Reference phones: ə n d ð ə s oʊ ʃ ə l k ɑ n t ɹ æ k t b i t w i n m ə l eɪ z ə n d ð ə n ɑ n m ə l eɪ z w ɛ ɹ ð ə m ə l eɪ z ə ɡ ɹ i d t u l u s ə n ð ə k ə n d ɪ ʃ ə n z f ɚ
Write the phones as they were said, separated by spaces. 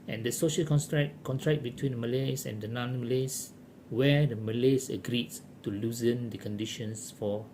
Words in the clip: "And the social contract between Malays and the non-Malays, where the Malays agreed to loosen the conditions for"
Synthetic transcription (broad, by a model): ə n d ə s oʊ ʃ ə l k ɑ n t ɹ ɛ k t b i t w i n m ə l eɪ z ə n d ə n ɑ n m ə l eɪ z w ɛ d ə m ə l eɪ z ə ɡ ɹ i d t u l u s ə n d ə k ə n d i ʃ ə n s f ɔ